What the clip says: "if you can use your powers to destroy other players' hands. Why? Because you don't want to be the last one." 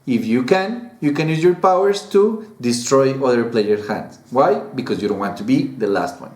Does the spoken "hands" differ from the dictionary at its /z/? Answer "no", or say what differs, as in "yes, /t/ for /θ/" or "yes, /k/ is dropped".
yes, /s/ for /z/